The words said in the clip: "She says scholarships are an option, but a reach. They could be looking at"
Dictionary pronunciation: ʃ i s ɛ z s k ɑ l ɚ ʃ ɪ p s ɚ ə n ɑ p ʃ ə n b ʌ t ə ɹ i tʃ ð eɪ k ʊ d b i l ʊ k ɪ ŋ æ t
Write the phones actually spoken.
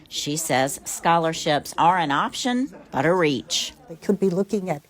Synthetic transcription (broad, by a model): ʃ i s ɛ z s k ɑ l ɚ ʃ ɪ p s ɚ ə n ɑ p ʃ ə n b ʌ t ə ɹ i tʃ ð eɪ k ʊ d b i l ʊ k ɪ ŋ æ t